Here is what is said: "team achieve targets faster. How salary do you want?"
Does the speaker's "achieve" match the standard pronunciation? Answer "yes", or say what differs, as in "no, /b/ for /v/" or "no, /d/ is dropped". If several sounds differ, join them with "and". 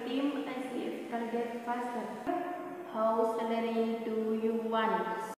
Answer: no, /s/ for /tʃ/